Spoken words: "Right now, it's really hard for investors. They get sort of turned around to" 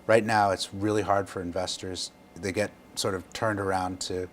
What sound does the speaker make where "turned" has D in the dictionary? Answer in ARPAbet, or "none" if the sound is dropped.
D